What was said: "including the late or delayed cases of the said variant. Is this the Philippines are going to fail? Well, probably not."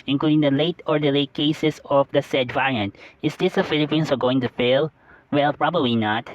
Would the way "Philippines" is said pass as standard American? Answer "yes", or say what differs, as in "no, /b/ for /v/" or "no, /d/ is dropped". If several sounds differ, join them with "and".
no, /s/ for /z/